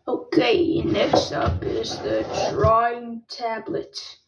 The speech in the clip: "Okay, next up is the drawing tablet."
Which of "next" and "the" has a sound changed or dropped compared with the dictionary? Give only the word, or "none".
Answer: next